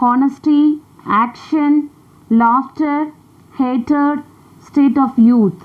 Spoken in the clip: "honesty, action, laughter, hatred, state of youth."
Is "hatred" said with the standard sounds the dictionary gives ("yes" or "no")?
no